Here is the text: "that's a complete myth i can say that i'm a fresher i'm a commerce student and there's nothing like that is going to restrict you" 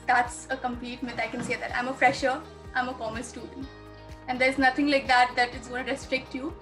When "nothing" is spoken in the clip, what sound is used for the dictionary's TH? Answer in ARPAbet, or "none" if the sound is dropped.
T